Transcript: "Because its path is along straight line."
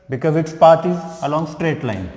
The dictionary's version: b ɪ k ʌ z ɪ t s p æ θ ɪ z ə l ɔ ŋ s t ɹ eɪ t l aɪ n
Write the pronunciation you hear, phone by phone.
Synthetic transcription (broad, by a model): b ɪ k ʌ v ɪ t s p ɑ t ɪ z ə l ɔ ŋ s t ɹ eɪ t l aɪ n